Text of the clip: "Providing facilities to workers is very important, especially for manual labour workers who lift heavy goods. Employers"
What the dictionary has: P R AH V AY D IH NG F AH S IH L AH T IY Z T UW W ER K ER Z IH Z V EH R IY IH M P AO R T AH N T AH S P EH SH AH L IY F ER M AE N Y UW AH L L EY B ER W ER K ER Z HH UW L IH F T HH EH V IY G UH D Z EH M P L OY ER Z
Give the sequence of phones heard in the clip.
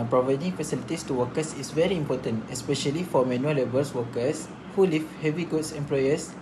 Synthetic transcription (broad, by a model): P R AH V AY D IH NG F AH S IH L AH T IY S T UW W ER K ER S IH S V EH R IY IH M P AO T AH N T AH S P EH SH AH L IY F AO M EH N Y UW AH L L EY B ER W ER K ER S HH UW L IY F HH EH V IY G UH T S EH M P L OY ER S